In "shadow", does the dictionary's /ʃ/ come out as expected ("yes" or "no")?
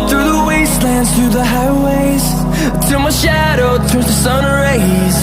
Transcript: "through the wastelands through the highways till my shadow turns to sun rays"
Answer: yes